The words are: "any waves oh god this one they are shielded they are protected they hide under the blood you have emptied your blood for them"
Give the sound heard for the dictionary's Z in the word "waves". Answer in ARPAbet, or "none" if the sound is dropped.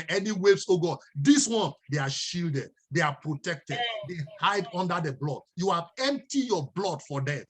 S